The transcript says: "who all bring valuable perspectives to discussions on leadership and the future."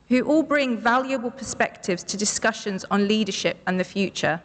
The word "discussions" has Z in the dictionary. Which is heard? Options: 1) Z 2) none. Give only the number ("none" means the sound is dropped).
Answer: 1